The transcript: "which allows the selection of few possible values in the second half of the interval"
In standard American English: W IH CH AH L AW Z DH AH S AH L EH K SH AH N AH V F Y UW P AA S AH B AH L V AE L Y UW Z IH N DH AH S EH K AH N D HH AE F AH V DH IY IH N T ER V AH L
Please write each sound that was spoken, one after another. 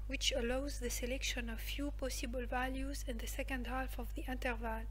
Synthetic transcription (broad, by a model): W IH CH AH L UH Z DH AH S AH L EH K SH AH N AH V F Y UW P AA S AH B AH L V AE L Y UW Z IH N DH AH S EH K AH N D HH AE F AH V DH IY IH N T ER V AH L